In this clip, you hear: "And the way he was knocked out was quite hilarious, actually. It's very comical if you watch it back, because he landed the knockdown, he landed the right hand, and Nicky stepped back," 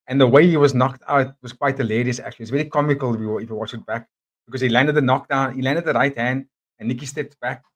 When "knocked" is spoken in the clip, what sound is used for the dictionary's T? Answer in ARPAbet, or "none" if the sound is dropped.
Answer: T